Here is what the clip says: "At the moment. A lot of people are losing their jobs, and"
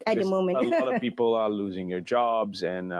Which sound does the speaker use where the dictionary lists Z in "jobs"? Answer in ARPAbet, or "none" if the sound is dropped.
Z